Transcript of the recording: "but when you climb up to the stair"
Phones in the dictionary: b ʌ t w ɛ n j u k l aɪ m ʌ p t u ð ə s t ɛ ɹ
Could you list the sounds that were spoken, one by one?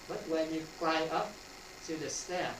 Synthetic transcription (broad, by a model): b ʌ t w ɛ n j u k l aɪ ʌ p t u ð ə s t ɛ